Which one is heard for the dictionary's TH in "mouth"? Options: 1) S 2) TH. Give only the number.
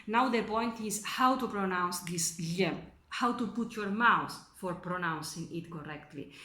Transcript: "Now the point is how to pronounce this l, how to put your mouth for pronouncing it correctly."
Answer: 1